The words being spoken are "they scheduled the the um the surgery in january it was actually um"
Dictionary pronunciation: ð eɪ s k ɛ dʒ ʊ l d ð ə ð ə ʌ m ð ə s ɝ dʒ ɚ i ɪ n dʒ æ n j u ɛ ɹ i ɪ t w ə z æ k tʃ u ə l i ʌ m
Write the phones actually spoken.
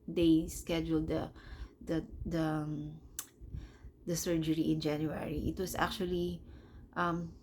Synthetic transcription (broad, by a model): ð eɪ s k ɛ dʒ ʊ l d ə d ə ʌ m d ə s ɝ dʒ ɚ i ɪ n dʒ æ n j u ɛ ɹ i ɪ t w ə s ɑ k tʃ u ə l i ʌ m